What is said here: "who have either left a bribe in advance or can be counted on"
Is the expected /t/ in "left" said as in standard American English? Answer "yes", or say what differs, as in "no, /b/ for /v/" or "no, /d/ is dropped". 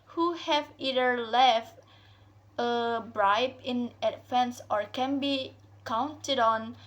yes